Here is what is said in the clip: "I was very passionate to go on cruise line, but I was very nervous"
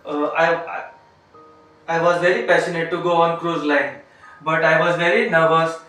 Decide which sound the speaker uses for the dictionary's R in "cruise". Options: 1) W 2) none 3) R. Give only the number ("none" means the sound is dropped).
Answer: 3